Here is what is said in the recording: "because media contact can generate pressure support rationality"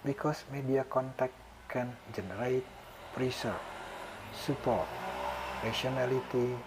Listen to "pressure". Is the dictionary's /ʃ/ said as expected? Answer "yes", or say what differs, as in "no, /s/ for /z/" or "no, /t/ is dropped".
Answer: no, /s/ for /ʃ/